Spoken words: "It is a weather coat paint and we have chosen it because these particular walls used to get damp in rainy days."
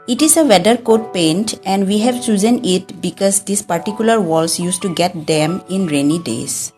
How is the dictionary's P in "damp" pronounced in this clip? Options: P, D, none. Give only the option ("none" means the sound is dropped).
none